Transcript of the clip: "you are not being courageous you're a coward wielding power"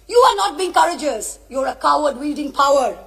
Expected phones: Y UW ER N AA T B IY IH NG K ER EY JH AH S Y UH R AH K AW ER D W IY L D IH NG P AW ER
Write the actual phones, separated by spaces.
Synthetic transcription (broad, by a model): Y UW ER N AA T B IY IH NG K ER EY JH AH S Y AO R AH K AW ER D W IY L D IH NG P AW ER